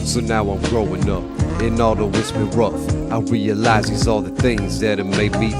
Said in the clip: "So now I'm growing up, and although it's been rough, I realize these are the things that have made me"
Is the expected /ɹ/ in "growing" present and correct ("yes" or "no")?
yes